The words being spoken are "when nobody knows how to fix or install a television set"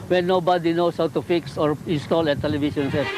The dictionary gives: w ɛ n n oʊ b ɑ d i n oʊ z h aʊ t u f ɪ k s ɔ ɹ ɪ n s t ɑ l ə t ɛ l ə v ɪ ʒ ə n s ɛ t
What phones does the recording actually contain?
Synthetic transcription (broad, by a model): w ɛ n n oʊ b ɑ d i n oʊ s h aʊ t u f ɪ k s ɔ ɹ ɪ n s t ɑ l ə t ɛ l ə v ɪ ʃ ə n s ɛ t